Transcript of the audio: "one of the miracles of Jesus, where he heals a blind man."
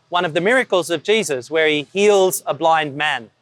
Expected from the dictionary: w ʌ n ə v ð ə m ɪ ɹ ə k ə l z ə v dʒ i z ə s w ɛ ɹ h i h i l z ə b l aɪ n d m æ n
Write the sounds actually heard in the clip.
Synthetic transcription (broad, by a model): w ʌ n ə v ð ə m ɪ ɹ ə k ə l z ə v dʒ i z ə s w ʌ ɹ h i h i l z ə b l aɪ n d m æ n